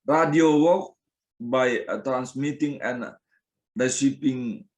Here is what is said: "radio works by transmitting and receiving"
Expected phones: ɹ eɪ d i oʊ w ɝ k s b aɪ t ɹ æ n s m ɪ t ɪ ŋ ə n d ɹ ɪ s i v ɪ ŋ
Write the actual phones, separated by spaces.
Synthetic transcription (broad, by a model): ɹ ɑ d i oʊ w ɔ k b aɪ t ɹ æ n s m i t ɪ ŋ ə n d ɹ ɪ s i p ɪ ŋ